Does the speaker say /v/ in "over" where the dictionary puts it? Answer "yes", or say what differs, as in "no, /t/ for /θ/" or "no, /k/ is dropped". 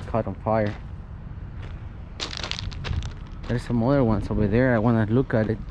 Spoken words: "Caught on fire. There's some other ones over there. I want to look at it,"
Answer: no, /b/ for /v/